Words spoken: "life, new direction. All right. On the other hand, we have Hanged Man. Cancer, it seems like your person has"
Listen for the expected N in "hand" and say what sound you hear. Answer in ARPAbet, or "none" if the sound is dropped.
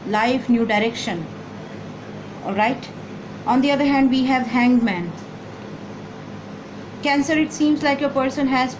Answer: N